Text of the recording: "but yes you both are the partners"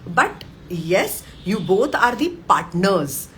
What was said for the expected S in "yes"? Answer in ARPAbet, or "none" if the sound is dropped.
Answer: S